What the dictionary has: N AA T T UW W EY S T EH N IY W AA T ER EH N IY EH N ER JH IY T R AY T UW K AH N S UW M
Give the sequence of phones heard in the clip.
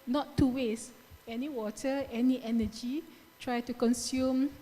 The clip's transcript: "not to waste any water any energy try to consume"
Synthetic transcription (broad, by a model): N AA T T UW W EY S EH N IY W AA T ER EH N IY EH N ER JH IY T R AY T UW K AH N S UW M